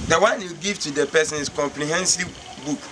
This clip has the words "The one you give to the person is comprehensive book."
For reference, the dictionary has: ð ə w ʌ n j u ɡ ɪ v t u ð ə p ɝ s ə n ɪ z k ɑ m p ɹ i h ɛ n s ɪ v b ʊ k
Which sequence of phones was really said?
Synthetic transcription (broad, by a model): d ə w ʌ n j u ɡ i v t u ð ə p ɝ s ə n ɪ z k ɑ m p l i h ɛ n s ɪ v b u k